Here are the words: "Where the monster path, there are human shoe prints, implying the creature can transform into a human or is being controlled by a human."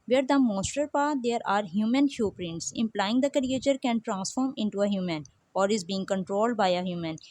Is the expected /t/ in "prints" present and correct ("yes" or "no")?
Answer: yes